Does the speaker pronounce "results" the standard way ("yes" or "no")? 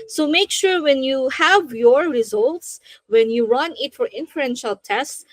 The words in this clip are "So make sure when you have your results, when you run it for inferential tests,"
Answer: yes